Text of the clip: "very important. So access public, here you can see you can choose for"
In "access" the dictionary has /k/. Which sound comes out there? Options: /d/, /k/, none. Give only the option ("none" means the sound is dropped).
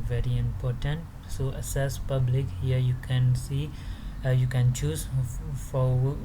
none